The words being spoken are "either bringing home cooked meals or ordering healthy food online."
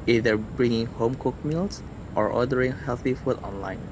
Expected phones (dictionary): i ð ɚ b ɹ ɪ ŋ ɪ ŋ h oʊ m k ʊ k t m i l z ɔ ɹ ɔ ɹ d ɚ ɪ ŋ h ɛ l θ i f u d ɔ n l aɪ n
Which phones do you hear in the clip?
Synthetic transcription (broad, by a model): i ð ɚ b ɹ ɪ ŋ ɪ ŋ h oʊ m k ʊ k m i l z ɔ ɹ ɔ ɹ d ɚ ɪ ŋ h ɛ l θ i f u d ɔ n l aɪ n